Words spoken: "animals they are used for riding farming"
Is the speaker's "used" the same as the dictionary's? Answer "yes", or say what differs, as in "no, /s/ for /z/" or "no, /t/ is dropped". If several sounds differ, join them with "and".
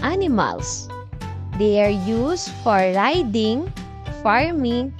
no, /s/ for /z/